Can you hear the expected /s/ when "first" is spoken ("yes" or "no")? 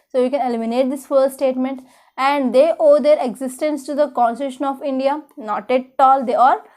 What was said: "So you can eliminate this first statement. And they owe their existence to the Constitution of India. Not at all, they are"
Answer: no